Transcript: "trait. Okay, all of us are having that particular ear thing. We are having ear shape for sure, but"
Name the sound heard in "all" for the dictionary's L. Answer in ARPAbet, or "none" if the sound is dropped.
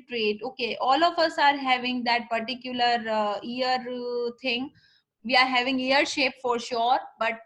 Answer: L